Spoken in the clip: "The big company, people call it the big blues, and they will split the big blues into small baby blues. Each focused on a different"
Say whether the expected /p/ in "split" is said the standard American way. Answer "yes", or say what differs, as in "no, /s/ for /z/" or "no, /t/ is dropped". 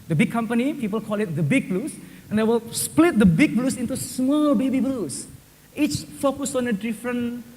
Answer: yes